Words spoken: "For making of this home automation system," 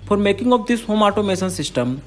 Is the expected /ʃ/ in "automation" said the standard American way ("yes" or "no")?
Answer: no